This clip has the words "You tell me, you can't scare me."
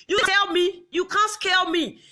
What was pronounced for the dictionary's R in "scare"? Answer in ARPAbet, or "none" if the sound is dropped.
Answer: L